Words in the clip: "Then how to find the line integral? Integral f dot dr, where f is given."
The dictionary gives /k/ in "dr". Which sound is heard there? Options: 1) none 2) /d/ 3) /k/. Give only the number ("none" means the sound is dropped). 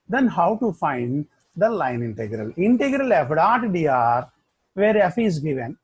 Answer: 1